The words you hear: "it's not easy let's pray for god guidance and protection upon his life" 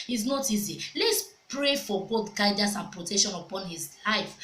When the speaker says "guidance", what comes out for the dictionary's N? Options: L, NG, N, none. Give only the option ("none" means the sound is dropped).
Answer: none